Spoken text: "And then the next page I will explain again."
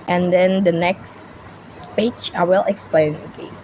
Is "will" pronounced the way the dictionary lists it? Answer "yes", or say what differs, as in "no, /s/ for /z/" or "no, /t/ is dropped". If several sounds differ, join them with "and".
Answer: yes